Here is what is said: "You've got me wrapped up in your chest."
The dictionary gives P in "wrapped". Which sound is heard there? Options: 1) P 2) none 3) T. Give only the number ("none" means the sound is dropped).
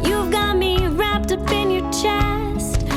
1